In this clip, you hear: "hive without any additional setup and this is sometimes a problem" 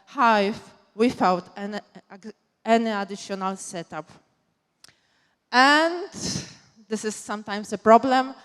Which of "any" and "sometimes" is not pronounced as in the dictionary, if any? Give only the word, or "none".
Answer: sometimes